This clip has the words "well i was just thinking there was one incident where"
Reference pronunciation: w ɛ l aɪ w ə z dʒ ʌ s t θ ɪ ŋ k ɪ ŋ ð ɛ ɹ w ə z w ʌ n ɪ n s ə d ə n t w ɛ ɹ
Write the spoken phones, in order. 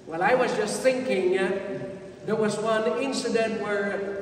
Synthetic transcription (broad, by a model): w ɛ l aɪ w ə z dʒ ʌ s t θ ɪ ŋ k ɪ ŋ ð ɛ ɹ w ə z w ʌ n ɪ n s ə d ə n t w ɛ ɹ